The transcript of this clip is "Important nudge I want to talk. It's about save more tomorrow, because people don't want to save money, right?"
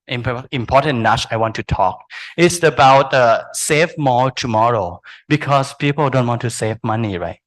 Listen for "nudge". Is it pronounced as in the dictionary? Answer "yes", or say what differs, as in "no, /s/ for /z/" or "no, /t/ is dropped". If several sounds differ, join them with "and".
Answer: no, /tʃ/ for /dʒ/